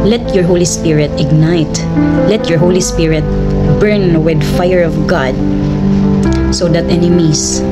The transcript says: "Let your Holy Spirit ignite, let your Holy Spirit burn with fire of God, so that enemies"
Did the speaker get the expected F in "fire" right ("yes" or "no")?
yes